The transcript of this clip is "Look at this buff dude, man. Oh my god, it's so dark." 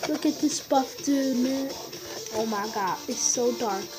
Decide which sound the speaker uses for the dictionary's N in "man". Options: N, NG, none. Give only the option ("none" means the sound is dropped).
none